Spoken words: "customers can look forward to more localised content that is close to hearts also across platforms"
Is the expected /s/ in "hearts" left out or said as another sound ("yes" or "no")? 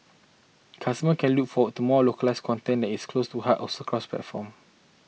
yes